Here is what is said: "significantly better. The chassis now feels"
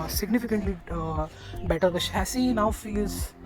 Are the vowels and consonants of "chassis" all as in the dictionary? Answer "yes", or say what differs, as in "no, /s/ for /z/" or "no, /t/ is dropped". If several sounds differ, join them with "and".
no, /ʃ/ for /tʃ/